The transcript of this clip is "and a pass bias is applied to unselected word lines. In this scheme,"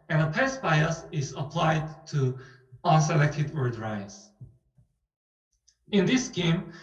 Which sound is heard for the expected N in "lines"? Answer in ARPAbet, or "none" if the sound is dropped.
none